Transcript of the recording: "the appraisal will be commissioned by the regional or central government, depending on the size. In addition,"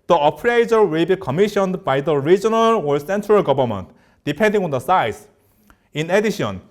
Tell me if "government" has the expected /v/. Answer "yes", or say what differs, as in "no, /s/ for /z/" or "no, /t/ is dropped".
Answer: no, /b/ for /v/